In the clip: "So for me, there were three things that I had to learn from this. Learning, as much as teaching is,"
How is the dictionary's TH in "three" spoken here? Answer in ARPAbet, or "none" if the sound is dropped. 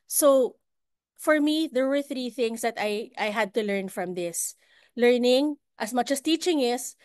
TH